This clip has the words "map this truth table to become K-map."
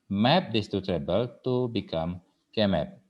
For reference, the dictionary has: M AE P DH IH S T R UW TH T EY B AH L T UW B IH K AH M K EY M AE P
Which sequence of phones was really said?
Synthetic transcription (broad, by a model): M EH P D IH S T UW T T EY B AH L T UW B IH K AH M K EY M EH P